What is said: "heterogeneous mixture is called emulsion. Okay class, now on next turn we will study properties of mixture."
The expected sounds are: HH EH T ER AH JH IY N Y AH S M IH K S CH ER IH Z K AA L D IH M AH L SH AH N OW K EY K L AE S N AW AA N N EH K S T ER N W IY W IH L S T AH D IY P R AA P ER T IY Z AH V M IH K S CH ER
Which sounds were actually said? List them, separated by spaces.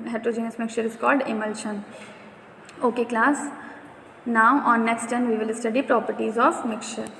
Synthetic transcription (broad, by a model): HH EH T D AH JH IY N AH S M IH K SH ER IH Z K AA L D IH M AH L SH AH N OW K EY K L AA S N AW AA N N EH K S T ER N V IY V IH L S T AH D IY P R AA P ER T IY Z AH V M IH K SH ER